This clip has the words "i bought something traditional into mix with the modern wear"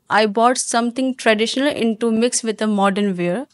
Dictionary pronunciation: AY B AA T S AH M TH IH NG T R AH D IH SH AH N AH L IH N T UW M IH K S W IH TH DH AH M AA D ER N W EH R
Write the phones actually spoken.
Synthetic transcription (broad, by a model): AY B AA T S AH M T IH NG T R AH D IH SH AH N AH L IH N T UW M IH K S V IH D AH M AA D ER N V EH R